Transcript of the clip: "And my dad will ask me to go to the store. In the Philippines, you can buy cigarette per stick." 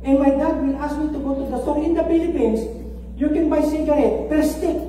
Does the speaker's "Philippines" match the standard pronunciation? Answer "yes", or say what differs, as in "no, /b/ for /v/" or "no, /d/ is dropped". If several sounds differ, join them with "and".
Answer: no, /p/ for /f/